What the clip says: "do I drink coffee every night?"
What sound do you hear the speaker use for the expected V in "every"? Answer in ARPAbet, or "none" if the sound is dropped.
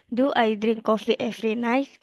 F